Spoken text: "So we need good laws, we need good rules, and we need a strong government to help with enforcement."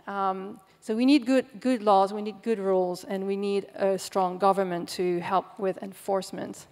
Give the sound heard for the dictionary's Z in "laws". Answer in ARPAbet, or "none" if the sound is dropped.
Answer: Z